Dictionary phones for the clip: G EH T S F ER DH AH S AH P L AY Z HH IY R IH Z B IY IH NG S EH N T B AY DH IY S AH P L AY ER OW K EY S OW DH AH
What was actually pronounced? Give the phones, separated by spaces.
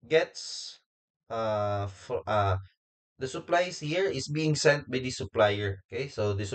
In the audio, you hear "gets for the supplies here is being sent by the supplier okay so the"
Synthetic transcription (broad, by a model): G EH T S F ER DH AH S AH P L AY S HH IY R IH S B IY IH NG S EH N T B AY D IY S AH P L AY ER OW K EY S OW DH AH